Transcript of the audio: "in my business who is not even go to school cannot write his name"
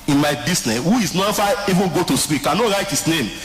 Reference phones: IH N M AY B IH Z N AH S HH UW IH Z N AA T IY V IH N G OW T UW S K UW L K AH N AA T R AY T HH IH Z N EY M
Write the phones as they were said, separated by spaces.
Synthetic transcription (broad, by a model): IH N M AY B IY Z N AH S HH UW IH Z N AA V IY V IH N G OW T UW S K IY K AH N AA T R AY T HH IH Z N EY M